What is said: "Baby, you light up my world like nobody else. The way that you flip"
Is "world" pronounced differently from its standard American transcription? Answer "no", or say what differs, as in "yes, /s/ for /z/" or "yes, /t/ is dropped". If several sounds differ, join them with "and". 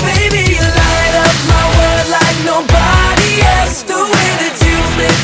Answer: yes, /l/ is dropped